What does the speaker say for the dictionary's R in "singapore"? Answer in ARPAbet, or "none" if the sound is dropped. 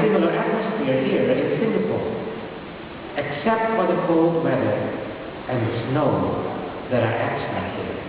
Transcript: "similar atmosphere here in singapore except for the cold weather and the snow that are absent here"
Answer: L